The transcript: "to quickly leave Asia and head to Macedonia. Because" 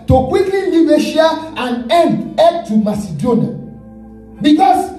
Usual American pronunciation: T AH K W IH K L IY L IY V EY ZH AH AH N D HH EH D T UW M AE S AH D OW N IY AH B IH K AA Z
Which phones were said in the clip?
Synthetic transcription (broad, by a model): T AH K W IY K L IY N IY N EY SH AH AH N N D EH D T UW M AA S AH D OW N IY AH B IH K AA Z